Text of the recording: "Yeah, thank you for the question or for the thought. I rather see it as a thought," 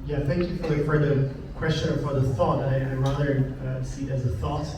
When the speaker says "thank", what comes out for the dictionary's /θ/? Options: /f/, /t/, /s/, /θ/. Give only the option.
/θ/